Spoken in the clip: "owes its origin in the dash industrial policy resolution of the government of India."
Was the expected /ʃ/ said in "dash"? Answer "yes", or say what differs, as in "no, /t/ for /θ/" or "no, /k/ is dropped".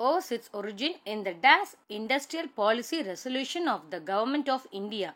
no, /s/ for /ʃ/